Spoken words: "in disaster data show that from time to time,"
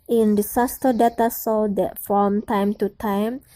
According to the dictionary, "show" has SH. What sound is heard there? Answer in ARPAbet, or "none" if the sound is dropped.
S